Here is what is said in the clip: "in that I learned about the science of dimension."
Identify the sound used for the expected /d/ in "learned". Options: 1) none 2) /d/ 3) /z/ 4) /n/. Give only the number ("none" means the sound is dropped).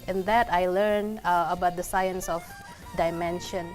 1